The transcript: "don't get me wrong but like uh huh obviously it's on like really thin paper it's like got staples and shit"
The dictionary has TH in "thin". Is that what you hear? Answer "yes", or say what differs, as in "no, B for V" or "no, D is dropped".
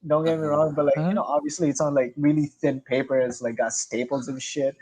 yes